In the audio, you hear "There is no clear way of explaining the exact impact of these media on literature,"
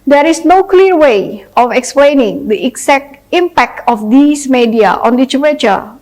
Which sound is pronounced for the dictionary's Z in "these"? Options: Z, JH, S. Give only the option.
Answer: S